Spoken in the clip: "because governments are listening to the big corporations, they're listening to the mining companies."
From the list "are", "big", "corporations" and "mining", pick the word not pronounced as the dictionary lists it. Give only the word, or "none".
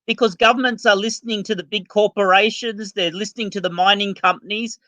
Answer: none